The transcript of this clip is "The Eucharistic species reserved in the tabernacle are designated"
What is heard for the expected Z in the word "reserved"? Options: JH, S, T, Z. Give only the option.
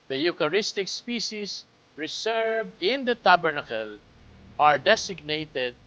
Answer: S